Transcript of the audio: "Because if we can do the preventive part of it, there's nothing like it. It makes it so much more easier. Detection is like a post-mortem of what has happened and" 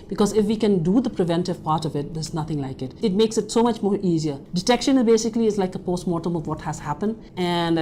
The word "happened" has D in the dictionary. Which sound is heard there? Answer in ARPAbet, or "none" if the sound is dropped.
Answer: D